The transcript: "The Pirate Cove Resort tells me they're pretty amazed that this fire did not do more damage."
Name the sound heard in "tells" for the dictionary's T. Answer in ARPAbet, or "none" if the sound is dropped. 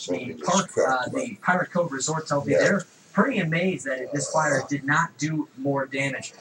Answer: S